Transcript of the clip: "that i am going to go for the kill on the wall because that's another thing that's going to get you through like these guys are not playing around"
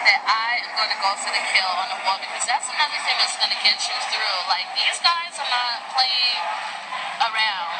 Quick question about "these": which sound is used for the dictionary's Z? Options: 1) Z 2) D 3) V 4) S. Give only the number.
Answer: 1